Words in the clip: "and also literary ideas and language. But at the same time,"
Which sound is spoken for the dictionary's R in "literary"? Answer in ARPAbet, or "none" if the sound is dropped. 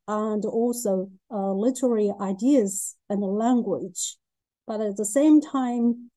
R